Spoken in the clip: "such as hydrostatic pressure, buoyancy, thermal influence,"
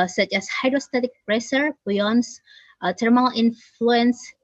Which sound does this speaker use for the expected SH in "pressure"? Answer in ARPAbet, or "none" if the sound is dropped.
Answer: S